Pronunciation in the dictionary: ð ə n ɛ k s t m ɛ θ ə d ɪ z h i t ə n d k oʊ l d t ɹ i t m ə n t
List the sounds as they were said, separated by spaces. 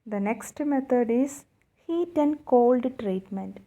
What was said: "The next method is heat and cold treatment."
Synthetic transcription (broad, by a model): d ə n ɛ k s t m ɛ t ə d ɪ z h i t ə n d k oʊ l d t ɹ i t m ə n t